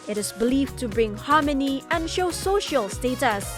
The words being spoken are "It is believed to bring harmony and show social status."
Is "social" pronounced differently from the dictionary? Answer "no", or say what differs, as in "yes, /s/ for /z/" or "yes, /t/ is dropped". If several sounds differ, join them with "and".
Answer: no